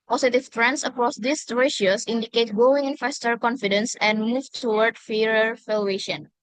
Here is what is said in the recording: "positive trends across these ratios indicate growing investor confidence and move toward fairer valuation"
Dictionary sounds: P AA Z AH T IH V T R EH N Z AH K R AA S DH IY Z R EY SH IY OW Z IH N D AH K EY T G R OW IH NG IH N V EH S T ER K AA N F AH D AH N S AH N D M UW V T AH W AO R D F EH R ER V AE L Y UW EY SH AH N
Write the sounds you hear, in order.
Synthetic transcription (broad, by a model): P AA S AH T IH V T R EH N S AH K R AA S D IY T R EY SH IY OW S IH N D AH K EY T G OW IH NG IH N F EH S T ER K AA N F AH D AH N S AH N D M UW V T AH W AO R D F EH R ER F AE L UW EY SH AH N